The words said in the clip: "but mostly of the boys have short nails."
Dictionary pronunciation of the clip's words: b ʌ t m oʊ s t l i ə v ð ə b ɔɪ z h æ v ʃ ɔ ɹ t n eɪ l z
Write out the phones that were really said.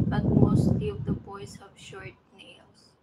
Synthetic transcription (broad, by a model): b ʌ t m oʊ s t l i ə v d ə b ɔɪ s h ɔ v ʃ ɔ ɹ t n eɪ l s